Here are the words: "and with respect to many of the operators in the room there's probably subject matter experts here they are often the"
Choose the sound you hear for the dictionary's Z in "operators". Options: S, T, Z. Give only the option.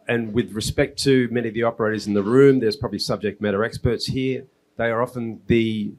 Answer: Z